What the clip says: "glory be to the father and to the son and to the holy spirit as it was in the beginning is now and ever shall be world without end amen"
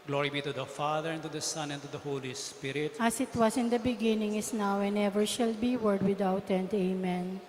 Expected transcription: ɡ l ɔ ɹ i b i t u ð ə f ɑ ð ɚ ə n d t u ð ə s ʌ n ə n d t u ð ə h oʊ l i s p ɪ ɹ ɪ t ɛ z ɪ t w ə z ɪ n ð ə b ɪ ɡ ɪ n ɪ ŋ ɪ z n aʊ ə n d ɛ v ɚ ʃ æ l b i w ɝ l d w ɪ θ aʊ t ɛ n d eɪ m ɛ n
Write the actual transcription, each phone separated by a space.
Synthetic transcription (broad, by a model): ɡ l ɔ ɹ i b i t u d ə f ɑ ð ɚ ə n t u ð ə s ʌ n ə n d t u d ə h oʊ l i s p ɪ ɹ ɪ t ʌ s ɪ t w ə s ɪ n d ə b ɪ ɡ ɪ n ɪ ŋ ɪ s n aʊ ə n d ɛ v ɚ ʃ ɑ l b i w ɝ d w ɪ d aʊ t ɛ n d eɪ m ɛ n